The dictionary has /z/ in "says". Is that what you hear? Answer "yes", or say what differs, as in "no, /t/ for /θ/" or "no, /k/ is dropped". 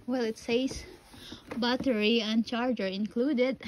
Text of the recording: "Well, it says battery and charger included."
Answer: no, /s/ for /z/